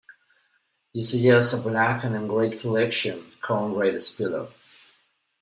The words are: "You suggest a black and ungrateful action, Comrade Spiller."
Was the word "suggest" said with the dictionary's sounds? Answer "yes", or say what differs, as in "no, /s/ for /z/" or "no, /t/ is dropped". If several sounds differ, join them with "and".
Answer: no, /t/ is dropped